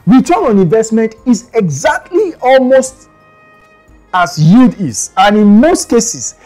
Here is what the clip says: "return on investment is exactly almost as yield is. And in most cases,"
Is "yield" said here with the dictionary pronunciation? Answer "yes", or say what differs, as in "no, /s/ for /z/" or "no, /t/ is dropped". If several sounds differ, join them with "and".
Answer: no, /l/ is dropped